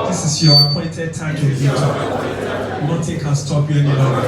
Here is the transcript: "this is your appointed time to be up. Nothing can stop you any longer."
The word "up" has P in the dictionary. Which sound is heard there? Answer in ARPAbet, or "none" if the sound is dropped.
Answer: B